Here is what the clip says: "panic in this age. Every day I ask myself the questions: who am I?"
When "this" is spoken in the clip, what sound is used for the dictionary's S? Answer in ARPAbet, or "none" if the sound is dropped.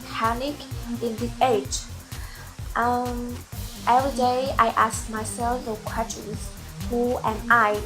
none